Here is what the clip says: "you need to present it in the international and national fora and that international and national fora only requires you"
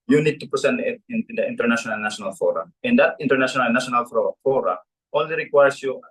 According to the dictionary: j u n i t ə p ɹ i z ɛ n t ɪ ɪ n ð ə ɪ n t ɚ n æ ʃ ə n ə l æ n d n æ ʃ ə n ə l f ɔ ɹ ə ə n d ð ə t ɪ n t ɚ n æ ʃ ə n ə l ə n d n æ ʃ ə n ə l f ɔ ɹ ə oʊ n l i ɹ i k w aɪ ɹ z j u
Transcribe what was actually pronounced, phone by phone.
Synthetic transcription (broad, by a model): j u n i t ə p i s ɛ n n ɪ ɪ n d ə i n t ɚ n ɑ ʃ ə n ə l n n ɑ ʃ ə n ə l f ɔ ɹ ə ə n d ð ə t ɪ n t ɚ n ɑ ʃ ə n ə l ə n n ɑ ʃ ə n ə l f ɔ ɹ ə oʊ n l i ɹ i k w aɪ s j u